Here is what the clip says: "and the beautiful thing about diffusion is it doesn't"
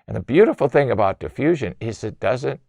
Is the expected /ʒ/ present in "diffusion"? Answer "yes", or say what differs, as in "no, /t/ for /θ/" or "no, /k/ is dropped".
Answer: yes